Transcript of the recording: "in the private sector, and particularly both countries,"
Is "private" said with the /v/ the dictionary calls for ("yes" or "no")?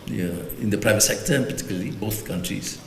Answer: yes